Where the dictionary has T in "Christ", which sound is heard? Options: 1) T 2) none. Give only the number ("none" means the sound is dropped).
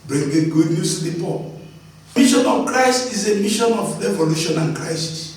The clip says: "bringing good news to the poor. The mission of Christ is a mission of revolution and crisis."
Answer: 1